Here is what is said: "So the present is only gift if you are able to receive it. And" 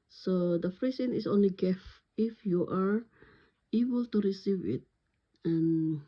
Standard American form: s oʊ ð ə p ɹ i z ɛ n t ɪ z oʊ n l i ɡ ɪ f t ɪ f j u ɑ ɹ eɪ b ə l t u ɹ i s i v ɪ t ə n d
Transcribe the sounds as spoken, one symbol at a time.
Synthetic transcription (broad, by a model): s oʊ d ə f ɹ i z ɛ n ɪ s oʊ n l i ɡ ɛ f ɪ f j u ɑ ɹ eɪ b ə l t u ɹ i s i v ɪ t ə n